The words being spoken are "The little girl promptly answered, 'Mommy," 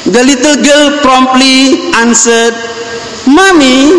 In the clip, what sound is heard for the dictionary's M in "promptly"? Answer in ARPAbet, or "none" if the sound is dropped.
M